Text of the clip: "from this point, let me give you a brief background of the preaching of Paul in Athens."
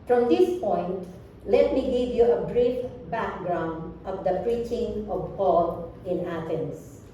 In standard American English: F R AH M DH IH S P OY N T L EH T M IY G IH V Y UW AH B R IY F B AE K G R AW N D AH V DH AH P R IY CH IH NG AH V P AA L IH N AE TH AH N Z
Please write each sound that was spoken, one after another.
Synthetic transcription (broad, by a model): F R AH M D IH S P OY N T L EH T M IY G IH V Y UW AH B R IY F B AE K G R AW N D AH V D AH P R IY CH IH NG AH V P AA L IH N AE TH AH N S